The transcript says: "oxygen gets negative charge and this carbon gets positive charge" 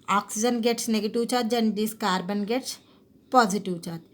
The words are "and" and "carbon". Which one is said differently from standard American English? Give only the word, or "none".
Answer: none